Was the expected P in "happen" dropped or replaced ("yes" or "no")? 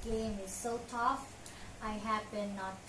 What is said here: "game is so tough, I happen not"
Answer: yes